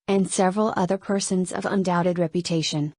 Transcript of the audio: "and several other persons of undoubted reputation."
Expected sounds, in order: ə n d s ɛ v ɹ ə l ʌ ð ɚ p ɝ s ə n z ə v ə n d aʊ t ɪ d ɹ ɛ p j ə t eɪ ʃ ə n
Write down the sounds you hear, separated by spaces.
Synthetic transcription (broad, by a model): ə n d s ɛ v ɹ ə l ʌ ð ɚ p ɝ s ə n z ə v ə n d aʊ t ɪ d ɹ ɛ p j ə t eɪ ʃ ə n